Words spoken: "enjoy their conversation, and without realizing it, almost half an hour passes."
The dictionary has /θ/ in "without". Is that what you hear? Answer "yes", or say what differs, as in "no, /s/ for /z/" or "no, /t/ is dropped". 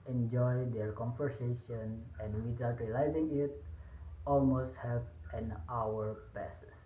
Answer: no, /t/ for /θ/